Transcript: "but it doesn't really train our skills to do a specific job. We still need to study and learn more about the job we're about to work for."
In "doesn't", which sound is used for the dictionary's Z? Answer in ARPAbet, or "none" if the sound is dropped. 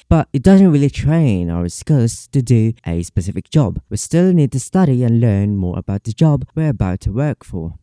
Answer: Z